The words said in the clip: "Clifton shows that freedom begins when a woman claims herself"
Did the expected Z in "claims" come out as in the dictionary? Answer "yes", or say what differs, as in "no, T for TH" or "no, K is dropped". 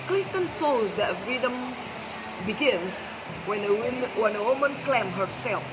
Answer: no, Z is dropped